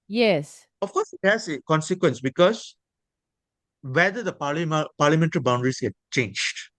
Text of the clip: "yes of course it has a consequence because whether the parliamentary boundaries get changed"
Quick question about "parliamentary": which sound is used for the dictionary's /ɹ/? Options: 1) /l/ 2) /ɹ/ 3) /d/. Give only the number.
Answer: 1